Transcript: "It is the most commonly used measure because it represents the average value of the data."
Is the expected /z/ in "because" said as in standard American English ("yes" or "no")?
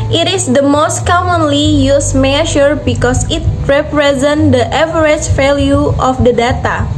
no